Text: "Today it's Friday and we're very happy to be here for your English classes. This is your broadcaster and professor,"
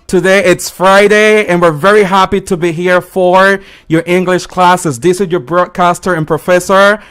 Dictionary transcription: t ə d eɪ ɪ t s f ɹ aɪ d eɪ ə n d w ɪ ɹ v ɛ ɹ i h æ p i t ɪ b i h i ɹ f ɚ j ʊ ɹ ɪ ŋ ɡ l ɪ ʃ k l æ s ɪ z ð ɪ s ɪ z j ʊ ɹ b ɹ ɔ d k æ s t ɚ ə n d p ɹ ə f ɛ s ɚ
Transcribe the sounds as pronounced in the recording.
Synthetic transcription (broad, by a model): t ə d eɪ ɪ t s f ɹ aɪ d eɪ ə n w ɪ ɹ v ɛ ɹ i h æ p i t ɪ b i h i ɹ f ɚ j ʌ ɹ ɪ ŋ ɡ l ɪ ʃ k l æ s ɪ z ð ɪ s ɪ z j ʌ ɹ b ɹ ɔ d k æ s t ɚ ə n p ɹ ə f ɛ s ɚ